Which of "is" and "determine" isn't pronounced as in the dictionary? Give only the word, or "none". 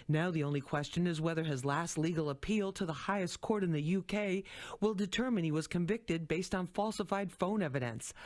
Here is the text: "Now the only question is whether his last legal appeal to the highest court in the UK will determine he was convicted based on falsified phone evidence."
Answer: none